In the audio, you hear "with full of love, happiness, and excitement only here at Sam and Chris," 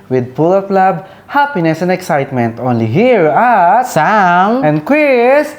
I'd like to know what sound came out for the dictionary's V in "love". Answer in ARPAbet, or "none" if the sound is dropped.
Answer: B